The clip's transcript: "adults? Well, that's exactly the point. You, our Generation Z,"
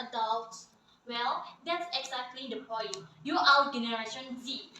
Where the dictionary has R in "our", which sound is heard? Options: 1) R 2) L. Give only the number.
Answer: 2